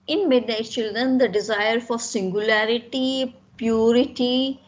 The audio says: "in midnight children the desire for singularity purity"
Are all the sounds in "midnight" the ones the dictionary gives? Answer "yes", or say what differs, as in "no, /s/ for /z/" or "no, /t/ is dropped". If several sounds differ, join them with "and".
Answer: no, /n/ is dropped